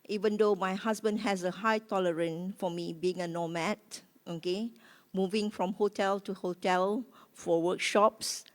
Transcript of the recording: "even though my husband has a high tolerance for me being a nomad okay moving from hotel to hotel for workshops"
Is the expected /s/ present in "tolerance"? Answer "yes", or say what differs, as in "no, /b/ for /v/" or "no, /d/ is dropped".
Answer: no, /s/ is dropped